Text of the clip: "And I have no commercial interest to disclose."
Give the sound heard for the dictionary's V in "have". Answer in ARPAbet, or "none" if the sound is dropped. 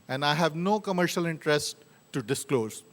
V